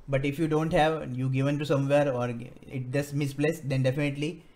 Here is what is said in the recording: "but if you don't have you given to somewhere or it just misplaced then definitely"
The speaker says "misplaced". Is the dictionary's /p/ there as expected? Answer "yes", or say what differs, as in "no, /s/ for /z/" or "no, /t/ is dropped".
no, /b/ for /p/